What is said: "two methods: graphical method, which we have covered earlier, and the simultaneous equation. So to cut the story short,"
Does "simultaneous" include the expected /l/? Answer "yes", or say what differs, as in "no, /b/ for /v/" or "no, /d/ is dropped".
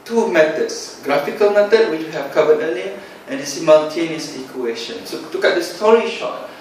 no, /n/ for /l/